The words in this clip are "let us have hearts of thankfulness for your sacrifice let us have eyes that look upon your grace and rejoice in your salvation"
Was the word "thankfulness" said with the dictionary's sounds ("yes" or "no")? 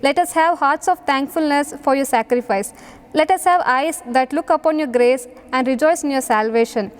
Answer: no